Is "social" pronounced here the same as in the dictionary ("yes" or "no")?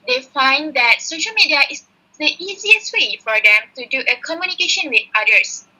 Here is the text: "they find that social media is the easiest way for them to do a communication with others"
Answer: yes